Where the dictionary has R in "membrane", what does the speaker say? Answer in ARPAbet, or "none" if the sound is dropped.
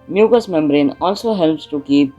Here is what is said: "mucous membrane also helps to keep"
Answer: R